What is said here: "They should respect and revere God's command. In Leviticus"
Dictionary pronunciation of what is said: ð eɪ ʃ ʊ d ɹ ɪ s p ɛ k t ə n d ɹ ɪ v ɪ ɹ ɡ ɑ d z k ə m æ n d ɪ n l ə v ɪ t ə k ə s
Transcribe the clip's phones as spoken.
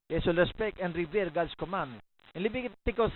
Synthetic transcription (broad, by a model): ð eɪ s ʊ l ɹ ɪ s p ɛ k t ə n d ɹ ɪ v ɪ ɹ ɡ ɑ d s k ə m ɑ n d ɪ n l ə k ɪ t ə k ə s